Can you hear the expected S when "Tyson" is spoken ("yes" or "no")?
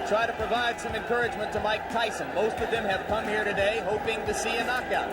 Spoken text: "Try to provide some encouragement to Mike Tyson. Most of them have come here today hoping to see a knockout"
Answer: yes